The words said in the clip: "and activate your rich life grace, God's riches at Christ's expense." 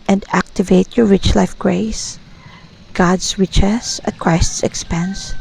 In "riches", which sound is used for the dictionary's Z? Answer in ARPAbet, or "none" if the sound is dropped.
S